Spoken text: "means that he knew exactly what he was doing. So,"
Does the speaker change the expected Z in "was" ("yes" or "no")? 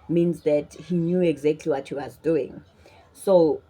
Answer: no